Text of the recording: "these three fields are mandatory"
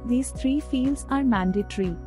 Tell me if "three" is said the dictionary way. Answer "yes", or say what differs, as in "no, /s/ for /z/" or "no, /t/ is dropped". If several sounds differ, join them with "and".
no, /t/ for /θ/